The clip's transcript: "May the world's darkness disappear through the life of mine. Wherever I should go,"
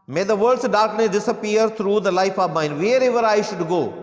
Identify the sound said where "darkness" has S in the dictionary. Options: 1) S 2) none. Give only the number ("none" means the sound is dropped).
2